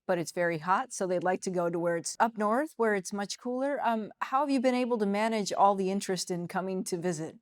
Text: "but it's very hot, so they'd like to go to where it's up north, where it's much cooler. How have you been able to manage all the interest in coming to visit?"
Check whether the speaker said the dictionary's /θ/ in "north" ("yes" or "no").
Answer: yes